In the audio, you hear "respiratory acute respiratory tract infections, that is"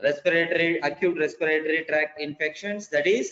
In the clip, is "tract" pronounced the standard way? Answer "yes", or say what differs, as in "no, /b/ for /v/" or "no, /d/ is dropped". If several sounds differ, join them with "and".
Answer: yes